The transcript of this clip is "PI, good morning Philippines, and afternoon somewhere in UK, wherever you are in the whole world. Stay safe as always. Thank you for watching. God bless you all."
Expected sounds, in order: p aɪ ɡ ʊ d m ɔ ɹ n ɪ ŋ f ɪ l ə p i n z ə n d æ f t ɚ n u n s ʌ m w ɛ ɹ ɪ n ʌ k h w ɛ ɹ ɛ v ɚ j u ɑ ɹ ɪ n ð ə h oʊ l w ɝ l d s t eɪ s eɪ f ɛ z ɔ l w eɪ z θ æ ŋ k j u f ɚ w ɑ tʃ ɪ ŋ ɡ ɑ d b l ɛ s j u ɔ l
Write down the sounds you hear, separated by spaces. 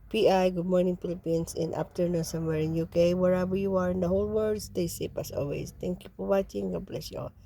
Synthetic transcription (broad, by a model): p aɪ ɡ ʊ d m ɔ ɹ n ɪ ŋ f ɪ l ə p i n s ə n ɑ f t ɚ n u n s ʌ m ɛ ɹ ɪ n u k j w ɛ ɹ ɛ b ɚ j u ɑ ɹ ɪ n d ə h oʊ l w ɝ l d s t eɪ s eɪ p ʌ s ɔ l w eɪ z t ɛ ŋ k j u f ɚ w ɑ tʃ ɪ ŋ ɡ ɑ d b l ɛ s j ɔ